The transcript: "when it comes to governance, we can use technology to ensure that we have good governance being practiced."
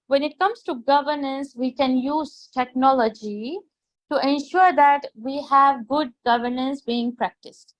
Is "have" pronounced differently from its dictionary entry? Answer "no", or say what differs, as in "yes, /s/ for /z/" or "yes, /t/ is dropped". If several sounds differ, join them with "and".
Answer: no